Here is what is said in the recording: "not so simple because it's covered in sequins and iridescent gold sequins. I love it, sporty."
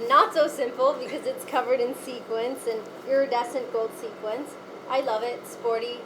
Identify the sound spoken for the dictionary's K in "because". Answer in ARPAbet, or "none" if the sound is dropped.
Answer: K